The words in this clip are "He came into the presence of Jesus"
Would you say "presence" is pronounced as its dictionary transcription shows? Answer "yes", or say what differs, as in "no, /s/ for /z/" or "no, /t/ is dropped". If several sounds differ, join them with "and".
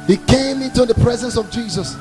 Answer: yes